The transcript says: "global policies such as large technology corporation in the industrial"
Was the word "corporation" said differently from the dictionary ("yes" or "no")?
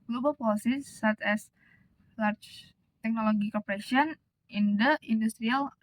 yes